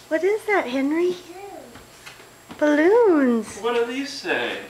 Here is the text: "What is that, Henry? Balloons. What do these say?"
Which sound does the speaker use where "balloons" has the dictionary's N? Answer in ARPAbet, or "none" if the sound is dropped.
N